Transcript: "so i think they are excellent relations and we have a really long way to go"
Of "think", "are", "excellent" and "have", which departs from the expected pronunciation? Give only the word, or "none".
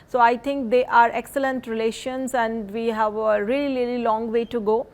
think